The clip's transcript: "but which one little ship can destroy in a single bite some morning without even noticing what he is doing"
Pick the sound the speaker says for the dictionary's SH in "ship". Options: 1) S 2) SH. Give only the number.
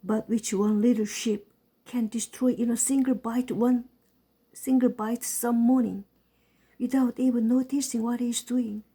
2